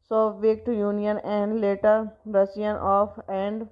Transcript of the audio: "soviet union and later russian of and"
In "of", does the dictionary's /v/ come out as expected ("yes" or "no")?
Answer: no